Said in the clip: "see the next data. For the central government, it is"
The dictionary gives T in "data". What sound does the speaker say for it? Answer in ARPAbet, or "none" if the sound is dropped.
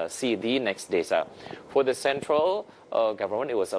S